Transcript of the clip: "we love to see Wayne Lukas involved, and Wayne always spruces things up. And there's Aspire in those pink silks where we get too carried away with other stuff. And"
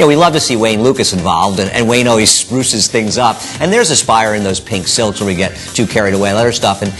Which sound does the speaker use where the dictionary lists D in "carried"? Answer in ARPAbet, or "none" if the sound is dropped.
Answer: D